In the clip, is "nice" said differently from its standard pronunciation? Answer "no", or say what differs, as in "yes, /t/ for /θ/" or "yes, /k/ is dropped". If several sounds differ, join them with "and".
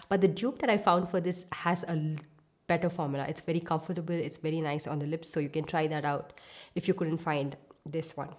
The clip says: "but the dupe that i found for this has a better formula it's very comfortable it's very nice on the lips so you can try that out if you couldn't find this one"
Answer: no